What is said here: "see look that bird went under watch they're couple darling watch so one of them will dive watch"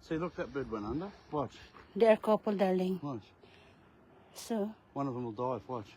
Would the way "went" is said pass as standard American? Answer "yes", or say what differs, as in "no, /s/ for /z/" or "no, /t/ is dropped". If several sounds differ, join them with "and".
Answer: no, /t/ is dropped